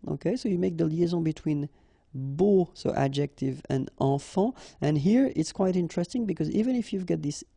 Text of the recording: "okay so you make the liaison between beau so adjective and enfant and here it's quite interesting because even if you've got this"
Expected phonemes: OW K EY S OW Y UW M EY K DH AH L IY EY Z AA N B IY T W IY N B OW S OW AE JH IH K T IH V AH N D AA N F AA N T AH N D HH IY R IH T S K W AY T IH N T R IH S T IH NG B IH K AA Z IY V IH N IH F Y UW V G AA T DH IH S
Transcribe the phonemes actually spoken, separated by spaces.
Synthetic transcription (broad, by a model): OW K EY S OW Y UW M EY K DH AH L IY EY Z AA B IY T W IY N B OW S OW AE JH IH K T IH V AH N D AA F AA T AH N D HH IY R IH T S K W AY T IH N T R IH S T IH NG B IH K AA Z IY V IH N IH F Y UW V G AA T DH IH S